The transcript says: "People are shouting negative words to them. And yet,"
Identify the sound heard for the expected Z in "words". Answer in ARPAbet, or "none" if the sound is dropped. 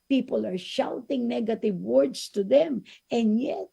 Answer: S